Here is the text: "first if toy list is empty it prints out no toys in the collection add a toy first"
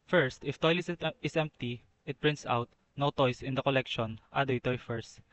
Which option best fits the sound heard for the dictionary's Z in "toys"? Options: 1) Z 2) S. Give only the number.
2